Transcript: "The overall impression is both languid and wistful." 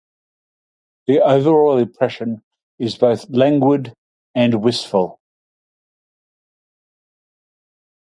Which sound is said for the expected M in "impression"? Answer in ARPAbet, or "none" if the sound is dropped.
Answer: none